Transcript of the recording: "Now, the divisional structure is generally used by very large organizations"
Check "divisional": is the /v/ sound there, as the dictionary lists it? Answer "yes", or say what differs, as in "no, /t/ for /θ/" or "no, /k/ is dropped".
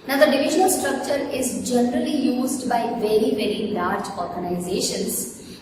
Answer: yes